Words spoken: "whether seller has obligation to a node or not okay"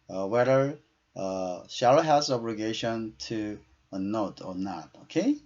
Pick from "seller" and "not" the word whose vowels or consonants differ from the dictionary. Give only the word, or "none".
seller